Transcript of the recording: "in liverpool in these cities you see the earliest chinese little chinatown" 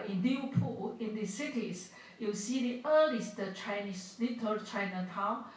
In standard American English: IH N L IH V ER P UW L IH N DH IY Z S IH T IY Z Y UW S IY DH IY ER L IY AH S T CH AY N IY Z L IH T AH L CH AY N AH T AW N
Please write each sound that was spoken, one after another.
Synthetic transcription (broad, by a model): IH N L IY ER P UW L IH N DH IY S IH T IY S Y UW S IY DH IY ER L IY S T CH AY N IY S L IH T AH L CH AY N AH T AW N